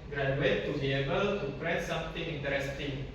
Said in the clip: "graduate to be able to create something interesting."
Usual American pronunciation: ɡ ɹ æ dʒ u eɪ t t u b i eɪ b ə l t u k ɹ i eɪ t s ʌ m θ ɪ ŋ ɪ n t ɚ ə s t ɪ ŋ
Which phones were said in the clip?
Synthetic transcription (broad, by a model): ɡ ɹ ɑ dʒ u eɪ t t u b i eɪ b ə l t u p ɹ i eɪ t s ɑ m t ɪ ŋ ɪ n t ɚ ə s t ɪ ŋ